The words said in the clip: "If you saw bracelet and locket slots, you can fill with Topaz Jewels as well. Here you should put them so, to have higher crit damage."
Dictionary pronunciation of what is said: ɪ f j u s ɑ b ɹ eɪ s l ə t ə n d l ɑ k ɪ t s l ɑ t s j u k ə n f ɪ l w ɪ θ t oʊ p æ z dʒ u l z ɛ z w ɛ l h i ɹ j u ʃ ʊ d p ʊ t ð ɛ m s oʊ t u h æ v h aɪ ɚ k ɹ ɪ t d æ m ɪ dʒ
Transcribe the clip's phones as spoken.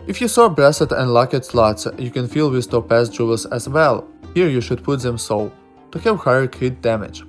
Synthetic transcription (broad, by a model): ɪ f j u s ɑ b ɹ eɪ s ə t ə n d l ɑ k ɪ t s l ɑ t s j u k ə n f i l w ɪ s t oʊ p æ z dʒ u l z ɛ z w ɛ l h i ɹ j u ʃ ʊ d p ʊ t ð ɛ m s oʊ t u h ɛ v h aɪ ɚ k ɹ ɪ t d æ m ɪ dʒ